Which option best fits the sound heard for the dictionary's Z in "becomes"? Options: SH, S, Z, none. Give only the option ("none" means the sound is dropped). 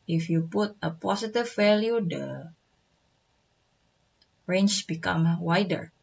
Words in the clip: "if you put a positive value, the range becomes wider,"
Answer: none